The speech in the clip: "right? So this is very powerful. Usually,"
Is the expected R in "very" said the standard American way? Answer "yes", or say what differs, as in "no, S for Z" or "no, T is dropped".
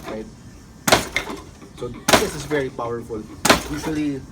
yes